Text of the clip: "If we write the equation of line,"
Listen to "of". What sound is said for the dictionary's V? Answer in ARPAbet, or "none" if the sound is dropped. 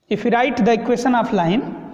P